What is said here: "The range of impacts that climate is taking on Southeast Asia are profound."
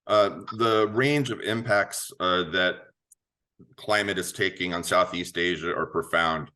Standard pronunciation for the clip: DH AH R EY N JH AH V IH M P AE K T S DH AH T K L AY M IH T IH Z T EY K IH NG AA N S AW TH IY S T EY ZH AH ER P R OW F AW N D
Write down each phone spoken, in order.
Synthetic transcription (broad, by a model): DH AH R EY N JH AH V IH M P AE K T S DH AH T K L AY M IH T IH Z T EY K IH NG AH N S AW TH IY S T EY ZH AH ER P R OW F AW N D